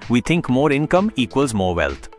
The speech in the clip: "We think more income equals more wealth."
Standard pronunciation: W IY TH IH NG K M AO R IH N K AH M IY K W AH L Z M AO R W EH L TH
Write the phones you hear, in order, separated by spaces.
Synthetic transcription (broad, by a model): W IY T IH NG K M AO R IH N K AH M IY K W AH L Z M AO R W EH L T